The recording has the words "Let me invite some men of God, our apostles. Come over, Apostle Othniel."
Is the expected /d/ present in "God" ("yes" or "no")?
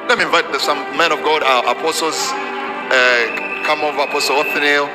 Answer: yes